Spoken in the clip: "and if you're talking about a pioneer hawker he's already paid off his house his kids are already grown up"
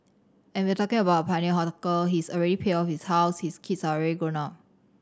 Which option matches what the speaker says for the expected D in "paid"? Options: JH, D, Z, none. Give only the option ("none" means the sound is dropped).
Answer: none